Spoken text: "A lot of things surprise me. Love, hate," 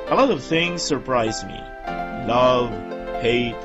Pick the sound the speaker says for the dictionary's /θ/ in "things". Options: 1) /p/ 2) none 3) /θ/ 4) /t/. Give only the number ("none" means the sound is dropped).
3